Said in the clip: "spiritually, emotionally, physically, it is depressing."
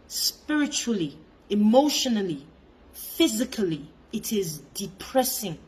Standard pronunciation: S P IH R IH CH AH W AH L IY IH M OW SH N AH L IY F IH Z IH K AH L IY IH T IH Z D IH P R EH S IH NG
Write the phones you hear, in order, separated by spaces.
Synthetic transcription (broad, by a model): S P IH R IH CH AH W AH L IY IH M OW SH N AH L IY F IH Z IH K AH L IY IH T IH Z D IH P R EH S IH NG